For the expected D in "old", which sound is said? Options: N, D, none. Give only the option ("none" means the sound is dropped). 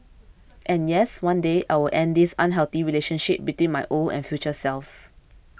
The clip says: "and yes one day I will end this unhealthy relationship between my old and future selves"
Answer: none